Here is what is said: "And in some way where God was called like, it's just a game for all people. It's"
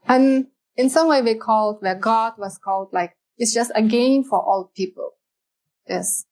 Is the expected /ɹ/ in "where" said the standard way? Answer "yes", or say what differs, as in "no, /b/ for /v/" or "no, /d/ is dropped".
no, /l/ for /ɹ/